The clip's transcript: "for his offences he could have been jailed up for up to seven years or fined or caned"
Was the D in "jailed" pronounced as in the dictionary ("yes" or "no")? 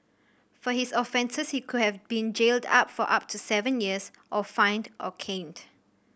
yes